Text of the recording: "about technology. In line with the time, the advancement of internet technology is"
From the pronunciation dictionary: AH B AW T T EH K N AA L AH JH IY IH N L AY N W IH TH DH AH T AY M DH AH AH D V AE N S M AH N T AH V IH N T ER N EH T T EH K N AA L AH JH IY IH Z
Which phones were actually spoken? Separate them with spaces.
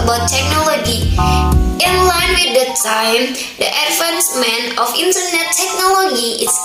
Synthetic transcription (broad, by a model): B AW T T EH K N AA L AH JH IY IH N L AY N W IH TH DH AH T AY M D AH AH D F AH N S M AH N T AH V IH N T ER N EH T T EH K N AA L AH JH IY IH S